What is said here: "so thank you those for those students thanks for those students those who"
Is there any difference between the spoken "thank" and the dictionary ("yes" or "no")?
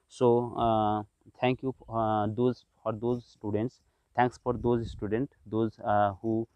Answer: yes